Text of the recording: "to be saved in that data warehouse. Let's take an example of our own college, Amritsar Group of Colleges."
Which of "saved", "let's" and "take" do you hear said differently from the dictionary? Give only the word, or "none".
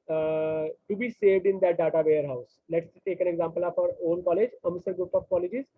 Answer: none